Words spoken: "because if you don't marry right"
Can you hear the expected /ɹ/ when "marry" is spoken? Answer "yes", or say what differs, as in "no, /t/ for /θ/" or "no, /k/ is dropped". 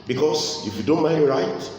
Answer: no, /ɹ/ is dropped